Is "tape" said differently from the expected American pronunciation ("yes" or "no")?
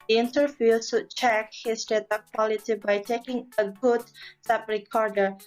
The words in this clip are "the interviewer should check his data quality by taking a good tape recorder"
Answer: yes